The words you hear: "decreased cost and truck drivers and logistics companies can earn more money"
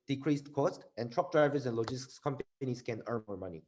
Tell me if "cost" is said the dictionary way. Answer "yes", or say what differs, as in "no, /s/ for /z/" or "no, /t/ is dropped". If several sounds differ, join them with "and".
yes